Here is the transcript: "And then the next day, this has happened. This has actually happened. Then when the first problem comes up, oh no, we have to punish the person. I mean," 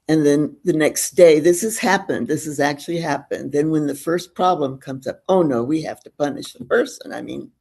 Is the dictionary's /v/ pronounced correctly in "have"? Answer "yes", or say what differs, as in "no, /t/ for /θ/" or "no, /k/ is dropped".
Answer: no, /f/ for /v/